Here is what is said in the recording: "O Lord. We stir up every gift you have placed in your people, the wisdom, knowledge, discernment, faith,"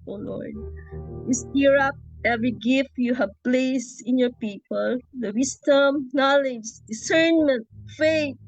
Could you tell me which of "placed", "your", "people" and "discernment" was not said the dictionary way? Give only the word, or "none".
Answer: placed